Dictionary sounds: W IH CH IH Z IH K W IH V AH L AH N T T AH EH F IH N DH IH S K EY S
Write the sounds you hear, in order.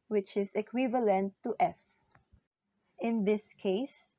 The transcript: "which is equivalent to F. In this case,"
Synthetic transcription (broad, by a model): W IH CH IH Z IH K W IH V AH L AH N T T EH F IH N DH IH S K EY S